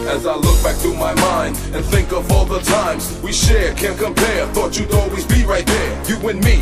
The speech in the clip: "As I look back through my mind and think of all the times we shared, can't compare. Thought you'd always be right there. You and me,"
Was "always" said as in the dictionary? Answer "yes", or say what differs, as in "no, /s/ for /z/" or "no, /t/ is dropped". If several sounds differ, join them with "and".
yes